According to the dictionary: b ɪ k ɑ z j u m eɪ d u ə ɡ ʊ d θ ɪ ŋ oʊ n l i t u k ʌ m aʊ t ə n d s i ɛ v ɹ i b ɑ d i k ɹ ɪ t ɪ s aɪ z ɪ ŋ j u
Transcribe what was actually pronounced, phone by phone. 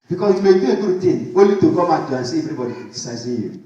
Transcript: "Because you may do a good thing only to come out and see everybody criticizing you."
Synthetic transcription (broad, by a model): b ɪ k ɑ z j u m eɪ d u ə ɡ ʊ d t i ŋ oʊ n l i t u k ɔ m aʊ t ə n s i ɛ v ɹ i b ɑ d i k ɪ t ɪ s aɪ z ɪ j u